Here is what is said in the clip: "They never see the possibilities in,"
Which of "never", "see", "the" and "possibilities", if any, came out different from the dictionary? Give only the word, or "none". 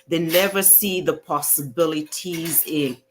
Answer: none